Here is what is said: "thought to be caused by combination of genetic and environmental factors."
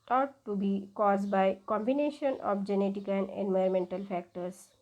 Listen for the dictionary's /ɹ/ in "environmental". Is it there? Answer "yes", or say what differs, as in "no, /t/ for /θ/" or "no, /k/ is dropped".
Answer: no, /ɹ/ is dropped